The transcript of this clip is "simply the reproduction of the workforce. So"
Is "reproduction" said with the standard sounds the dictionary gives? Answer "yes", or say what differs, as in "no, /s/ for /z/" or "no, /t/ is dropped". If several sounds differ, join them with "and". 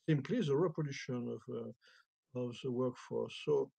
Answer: no, /ɹ/ is dropped and /k/ is dropped